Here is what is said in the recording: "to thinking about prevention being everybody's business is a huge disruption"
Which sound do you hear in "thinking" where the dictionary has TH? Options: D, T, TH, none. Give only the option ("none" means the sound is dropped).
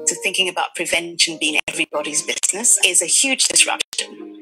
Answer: TH